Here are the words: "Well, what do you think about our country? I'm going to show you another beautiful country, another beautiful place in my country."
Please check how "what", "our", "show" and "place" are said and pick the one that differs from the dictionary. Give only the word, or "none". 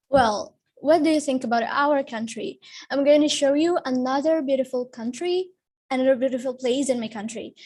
none